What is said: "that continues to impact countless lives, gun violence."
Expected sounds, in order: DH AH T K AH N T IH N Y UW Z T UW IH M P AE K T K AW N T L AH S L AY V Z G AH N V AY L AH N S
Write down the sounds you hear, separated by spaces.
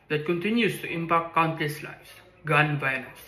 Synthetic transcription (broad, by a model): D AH T K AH N T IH N Y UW S T UW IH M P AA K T K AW N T AH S L AY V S G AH N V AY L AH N S